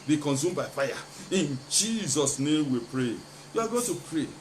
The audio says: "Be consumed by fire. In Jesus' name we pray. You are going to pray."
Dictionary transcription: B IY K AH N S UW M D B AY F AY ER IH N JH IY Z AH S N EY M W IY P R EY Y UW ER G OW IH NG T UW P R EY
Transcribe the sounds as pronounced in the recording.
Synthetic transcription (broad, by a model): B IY K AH N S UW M B AY F AY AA IH N JH IY Z AH S N EY M W IY P R EY Y UW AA G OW T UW P R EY